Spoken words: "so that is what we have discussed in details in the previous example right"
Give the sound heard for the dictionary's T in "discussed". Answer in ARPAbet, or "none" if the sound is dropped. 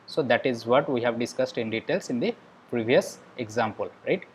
T